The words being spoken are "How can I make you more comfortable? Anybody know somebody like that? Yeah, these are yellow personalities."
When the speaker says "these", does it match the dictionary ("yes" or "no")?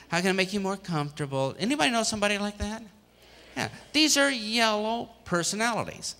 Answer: yes